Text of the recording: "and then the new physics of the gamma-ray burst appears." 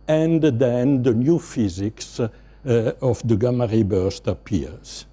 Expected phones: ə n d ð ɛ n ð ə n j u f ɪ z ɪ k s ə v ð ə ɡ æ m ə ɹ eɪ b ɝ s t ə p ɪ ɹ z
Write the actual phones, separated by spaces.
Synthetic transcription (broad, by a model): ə n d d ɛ n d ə n j u f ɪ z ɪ k s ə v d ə ɡ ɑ m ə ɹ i b ɝ s t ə p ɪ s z